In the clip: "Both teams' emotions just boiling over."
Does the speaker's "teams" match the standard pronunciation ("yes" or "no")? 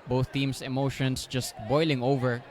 no